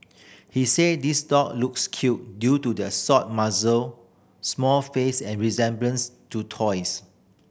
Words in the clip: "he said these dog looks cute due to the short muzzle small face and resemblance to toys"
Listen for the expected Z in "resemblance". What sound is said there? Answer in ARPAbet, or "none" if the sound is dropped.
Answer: Z